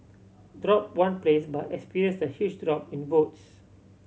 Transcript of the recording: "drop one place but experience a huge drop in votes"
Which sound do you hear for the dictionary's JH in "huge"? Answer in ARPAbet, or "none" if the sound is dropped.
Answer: CH